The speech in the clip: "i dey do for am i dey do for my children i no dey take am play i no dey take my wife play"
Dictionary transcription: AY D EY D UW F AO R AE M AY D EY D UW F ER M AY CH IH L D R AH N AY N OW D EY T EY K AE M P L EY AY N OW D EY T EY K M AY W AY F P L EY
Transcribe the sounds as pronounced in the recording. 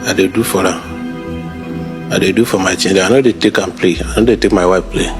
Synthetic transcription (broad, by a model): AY D EY D UW F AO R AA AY D EY D UW F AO M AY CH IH N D AH AY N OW D EY T EY K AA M P L EY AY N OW D EY T EY K M AY W AY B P L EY